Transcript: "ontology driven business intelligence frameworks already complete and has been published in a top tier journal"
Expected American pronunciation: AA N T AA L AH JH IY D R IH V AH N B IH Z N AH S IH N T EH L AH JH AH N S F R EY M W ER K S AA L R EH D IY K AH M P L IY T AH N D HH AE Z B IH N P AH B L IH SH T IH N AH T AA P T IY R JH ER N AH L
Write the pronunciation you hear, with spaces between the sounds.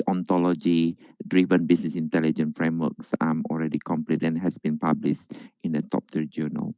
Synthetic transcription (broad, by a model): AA N T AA L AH JH IY D R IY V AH N B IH S N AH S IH N T EH L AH JH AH N F R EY M W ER K S AA L R EH D IY K AH M P L IY T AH N HH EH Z B IH N P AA B L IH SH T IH N AH T AA P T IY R JH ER N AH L